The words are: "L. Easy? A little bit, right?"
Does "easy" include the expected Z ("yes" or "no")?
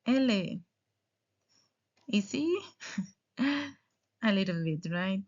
no